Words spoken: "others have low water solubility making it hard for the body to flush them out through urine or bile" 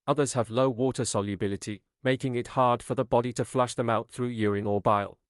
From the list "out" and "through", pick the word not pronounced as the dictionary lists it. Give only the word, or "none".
none